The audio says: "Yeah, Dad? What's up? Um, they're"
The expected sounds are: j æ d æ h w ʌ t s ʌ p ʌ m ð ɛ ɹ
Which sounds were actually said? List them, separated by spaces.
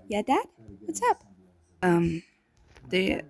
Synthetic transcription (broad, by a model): j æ d æ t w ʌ t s ʌ p ʌ m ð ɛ